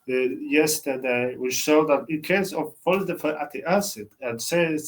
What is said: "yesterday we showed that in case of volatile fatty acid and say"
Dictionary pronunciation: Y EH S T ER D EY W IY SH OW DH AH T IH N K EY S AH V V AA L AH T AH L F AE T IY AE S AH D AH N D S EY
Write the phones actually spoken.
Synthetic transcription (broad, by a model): Y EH S T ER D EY W IY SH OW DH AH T IH N K EY S AH V F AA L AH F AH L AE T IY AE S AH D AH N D S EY